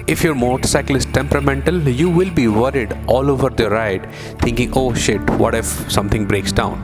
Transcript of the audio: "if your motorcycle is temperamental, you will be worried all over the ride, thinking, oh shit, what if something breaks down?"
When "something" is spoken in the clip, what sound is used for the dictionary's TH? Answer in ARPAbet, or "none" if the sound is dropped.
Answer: T